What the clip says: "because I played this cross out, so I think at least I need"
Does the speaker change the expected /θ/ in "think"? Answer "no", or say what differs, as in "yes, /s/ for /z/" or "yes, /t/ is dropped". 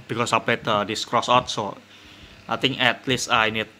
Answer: yes, /t/ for /θ/